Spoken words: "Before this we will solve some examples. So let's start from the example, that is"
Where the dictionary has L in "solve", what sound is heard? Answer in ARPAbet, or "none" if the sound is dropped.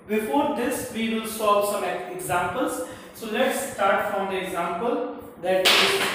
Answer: none